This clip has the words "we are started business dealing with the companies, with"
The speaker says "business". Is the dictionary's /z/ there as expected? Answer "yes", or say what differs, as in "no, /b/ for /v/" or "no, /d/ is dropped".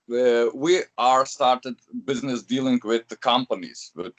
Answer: yes